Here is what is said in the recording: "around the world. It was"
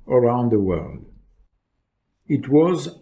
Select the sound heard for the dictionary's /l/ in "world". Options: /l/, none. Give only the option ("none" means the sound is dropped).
/l/